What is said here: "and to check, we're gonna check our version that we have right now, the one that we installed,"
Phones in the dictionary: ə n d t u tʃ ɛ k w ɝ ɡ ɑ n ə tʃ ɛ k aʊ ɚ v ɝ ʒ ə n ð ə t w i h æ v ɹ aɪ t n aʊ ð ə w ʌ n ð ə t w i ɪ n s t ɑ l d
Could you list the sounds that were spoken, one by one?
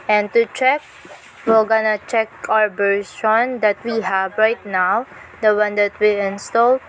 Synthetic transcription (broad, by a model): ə n t u tʃ ɛ k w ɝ ɡ ɑ n ə tʃ ɛ k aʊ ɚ b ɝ s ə n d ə t w i h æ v ɹ aɪ t n aʊ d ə w ʌ n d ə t w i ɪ n s t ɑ l